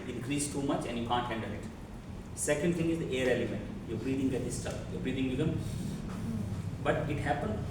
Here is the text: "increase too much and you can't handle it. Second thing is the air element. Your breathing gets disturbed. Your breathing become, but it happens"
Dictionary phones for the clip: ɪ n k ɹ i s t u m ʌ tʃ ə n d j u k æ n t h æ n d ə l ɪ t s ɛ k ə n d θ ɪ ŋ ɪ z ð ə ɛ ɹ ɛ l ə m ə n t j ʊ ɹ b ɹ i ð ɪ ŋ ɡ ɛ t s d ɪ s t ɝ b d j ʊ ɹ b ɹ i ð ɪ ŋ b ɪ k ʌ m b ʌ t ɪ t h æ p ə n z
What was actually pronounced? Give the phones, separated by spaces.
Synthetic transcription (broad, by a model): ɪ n k ɹ i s t u m ʌ tʃ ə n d j u k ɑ n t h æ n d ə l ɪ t s ɛ k ə n d t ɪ ŋ ɪ z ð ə ɛ ɹ ɛ l ə m ə n t j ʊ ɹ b ɹ i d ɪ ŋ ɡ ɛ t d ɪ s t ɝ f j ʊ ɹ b ɹ i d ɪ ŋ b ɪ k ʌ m b ʌ t ɪ t h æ p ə n